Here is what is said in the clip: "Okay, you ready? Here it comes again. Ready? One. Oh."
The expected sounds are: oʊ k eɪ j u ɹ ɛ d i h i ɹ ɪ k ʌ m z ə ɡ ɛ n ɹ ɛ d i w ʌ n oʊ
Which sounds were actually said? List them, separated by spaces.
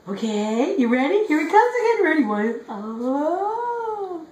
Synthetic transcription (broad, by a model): oʊ k eɪ j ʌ ɹ ɛ d i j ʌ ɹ ɪ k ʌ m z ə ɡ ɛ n ɹ ɛ d i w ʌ oʊ